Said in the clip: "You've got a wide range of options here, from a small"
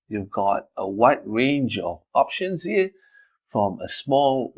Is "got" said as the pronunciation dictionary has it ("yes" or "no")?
yes